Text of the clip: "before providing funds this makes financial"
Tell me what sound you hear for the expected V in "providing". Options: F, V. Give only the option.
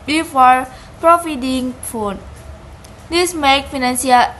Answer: F